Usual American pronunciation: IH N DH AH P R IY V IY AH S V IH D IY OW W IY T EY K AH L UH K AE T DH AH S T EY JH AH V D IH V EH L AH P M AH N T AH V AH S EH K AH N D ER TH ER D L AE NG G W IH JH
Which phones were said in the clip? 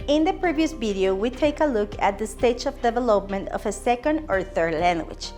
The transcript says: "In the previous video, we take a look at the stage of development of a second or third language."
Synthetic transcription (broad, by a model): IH N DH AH P R IY V IY AH S V IH D IY OW W IY T EY K AH L UH K AE T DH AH S T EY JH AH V D IH V EH L AH P M AH N T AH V AH S EH K AH N D ER TH ER D L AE NG G W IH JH